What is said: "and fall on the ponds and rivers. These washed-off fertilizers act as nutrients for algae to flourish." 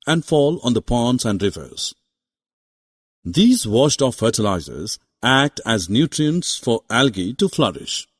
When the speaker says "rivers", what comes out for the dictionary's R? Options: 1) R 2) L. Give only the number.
1